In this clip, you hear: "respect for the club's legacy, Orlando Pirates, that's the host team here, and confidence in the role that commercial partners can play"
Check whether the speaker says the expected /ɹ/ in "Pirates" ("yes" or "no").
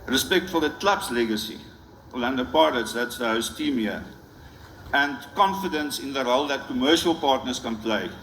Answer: no